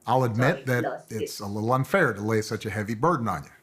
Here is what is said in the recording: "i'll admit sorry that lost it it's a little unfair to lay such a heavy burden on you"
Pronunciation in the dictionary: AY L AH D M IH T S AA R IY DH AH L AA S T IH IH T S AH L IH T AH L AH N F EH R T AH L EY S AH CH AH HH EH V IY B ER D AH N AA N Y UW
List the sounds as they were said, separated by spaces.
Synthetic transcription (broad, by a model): AY L AH D M IH T DH AH T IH IH T S AH L IH T L AH N F EH R T AH L EY S AH CH AH HH EH V IY B ER D N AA N Y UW